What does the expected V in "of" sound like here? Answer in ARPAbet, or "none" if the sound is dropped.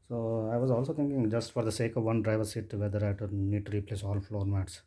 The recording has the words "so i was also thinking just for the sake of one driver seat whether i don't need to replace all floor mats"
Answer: V